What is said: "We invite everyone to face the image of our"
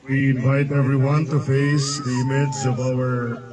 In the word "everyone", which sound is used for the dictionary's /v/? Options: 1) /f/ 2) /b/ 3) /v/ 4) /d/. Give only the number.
3